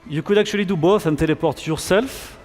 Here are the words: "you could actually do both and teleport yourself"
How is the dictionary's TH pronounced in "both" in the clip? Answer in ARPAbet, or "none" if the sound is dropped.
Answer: F